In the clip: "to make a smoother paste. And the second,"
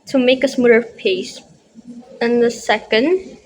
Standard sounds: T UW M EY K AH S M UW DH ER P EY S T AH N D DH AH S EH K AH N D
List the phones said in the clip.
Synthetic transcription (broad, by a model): T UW M EY K AH S M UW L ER P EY S AH N DH AH S EH K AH N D